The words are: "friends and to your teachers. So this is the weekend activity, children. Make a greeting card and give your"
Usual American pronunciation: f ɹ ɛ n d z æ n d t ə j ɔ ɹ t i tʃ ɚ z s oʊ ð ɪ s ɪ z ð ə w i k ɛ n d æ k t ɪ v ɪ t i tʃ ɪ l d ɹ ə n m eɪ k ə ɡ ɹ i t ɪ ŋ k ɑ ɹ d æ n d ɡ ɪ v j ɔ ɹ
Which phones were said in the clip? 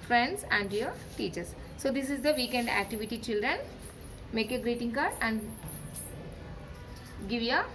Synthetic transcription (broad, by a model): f ɹ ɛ n d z æ n d j ɔ ɹ t i tʃ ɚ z s oʊ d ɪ s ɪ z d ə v i k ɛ n d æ k t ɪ v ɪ t i tʃ ɪ l d ɹ ə n m eɪ k ə ɡ ɹ i t ɪ ŋ k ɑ ɹ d æ n d ɡ ɪ v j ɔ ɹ